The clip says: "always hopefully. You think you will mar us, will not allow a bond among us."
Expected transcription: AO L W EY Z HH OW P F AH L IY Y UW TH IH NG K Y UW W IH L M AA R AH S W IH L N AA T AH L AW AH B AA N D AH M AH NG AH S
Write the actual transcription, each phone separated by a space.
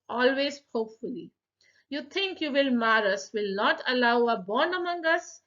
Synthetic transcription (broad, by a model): AO L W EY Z HH OW P F AH L IY Y UW T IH NG K Y UW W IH L M AA R AH S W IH L N AA T AH L AW AH B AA N AH M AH NG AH S